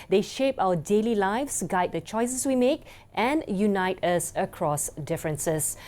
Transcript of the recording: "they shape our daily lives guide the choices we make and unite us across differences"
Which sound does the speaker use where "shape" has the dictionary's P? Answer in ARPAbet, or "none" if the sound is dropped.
P